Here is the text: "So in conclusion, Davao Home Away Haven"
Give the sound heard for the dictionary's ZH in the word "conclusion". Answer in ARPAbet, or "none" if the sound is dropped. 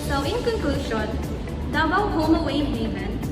SH